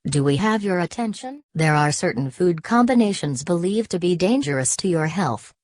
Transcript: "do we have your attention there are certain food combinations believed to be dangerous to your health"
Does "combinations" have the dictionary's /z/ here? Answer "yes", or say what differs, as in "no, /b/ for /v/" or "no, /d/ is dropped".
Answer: yes